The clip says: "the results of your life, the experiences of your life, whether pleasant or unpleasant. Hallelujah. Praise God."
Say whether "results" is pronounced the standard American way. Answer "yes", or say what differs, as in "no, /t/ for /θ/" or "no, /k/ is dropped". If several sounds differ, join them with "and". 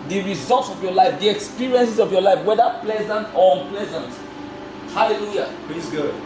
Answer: yes